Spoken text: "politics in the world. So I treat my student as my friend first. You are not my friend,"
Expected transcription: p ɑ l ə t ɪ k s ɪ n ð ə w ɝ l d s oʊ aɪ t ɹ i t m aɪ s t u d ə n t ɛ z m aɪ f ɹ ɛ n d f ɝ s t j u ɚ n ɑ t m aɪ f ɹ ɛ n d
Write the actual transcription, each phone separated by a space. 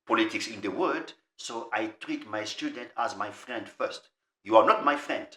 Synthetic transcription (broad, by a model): p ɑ l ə t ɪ k s ɪ n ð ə w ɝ d s oʊ aɪ t ɹ i t m aɪ s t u d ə n t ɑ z m aɪ f ɹ ɛ n d f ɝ s t j u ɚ n ɑ t m aɪ f ɹ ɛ n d